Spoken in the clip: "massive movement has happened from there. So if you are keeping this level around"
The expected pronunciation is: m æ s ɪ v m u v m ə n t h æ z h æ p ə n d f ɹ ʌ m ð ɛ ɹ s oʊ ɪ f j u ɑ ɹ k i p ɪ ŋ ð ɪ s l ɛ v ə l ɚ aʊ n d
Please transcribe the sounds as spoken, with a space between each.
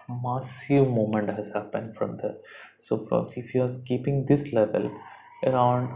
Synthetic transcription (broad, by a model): m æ s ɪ v m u m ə n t h æ z h æ p ə n d f ɹ ʌ m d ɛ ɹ s oʊ ɪ f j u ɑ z k i p ɪ ŋ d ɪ s l ɛ v ə l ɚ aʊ n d